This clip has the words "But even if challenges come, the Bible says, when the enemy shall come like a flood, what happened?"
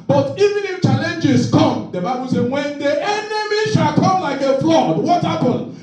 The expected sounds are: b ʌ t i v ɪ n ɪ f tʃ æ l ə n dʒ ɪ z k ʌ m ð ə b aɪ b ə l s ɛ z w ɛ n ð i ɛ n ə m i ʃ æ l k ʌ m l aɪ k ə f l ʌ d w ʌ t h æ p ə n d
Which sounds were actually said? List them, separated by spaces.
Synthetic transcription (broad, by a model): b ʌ t i v ɪ n ɪ f tʃ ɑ l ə n dʒ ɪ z k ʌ m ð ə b aɪ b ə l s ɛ w ɛ n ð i ɛ n ə m i ʃ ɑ l k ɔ m l aɪ k ə f l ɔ d w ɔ t h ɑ p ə n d